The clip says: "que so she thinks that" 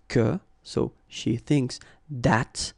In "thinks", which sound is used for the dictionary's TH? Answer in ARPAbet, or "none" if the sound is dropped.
TH